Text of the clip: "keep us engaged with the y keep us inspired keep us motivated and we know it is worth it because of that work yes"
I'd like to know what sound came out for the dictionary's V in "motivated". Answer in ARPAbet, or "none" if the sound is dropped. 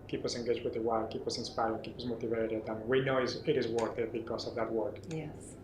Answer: V